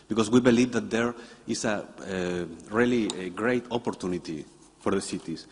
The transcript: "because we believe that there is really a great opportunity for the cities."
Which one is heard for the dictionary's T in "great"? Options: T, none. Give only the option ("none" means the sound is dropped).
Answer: T